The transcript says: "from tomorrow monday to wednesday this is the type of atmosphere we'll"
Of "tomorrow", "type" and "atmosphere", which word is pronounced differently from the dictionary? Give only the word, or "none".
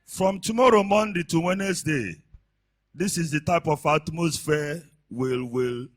atmosphere